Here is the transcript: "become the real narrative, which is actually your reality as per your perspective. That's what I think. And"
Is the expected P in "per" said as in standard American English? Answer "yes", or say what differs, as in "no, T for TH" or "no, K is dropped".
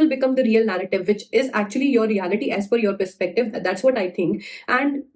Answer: no, F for P